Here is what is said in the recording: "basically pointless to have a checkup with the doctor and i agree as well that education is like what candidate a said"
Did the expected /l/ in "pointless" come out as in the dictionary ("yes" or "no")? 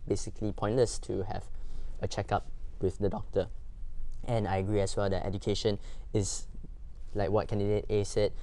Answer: no